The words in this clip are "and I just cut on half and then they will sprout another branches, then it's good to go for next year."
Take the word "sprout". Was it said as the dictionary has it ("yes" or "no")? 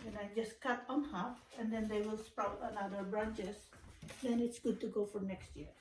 yes